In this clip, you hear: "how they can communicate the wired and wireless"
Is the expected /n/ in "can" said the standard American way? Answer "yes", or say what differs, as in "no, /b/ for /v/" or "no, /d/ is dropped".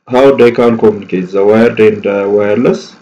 no, /l/ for /n/